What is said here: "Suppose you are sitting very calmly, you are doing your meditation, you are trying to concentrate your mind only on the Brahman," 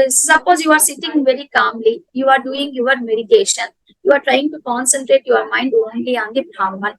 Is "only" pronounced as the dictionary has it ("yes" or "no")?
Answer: yes